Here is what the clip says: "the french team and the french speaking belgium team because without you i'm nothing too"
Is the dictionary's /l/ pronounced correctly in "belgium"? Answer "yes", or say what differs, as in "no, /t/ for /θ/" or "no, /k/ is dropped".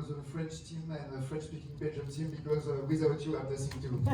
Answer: no, /l/ is dropped